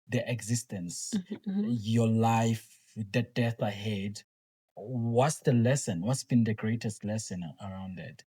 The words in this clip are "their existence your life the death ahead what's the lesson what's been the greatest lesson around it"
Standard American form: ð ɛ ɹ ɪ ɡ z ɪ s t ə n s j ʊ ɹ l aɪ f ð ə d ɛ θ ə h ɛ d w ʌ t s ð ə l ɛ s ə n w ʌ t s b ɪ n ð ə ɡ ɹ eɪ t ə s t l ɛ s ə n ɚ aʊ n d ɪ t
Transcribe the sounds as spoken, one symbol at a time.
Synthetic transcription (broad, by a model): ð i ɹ ɪ ɡ z ɪ s t ə n s j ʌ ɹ l aɪ f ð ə d ɛ θ ə h ɛ d w ʌ t s ð ə l ɛ s ə n w ʌ t s b ɪ n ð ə ɡ ɹ eɪ t ə s t l ɛ s ə n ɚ aʊ n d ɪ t